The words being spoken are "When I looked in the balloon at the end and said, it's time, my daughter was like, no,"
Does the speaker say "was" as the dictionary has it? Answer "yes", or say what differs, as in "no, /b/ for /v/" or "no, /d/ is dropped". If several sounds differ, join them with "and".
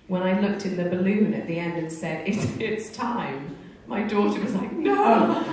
yes